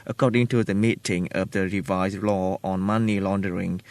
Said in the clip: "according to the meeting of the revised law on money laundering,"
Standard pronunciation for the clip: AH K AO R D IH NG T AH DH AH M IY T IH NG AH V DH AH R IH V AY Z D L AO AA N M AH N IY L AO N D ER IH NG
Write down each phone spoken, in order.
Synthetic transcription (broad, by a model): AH K AO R D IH NG T AH DH AH M IY T IH NG AH V DH AH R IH V AY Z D L AO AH N M AH N IY L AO N D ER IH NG